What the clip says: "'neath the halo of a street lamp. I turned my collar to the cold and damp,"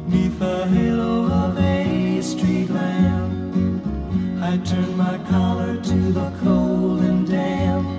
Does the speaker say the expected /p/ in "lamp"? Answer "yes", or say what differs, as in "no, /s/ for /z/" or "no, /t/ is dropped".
no, /p/ is dropped